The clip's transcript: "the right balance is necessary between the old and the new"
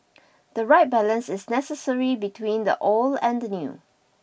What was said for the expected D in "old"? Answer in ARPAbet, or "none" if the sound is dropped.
none